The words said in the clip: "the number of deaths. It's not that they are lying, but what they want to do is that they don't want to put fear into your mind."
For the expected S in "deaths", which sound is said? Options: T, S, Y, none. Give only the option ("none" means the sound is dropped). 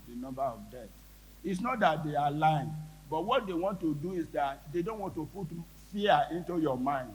none